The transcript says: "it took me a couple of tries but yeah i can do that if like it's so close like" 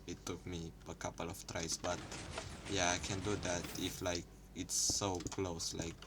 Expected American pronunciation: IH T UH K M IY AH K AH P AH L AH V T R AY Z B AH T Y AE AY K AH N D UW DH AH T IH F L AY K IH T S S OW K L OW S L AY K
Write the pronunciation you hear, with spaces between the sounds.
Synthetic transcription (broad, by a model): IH T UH K M IY AH K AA P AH L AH F T R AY S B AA T Y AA AY K AH N D UW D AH T IH F L AY K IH T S S OW K L OW S L AY K